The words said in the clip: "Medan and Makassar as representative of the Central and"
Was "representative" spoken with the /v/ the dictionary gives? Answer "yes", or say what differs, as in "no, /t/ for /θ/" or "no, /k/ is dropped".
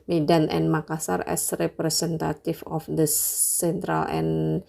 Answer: no, /f/ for /v/